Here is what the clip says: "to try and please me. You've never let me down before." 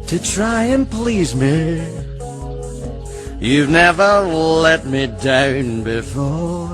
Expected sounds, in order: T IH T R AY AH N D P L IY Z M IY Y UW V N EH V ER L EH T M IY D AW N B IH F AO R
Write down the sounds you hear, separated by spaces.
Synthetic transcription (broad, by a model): T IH T R AY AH N P L IY Z M IY Y UW V N EH V ER L EH T M IY D AW N B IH F AO R